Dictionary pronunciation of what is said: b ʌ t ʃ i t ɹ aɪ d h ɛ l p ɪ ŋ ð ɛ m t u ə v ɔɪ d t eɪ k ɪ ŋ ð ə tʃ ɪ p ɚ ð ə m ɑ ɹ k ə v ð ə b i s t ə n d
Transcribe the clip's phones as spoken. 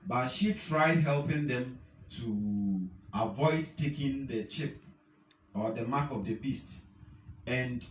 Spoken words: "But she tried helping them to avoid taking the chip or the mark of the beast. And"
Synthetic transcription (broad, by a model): b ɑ t ʃ i t ɹ aɪ d h ɛ l p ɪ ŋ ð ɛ m t u ə v ɔɪ d t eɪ k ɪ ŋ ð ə tʃ ɪ p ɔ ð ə m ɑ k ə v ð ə b i s t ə n d